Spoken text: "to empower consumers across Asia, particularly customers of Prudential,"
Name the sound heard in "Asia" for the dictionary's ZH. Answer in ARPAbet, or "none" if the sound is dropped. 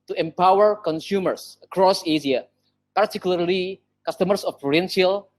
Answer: S